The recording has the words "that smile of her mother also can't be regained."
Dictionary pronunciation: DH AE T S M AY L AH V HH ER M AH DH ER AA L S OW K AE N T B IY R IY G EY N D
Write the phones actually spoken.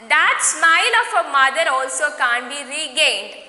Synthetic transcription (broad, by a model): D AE T S M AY N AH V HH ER M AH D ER AA L S OW K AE N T B IY R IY G EY N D